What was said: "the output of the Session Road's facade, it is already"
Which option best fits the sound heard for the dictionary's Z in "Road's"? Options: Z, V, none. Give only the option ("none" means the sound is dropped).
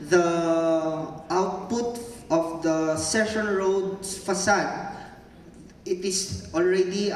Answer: none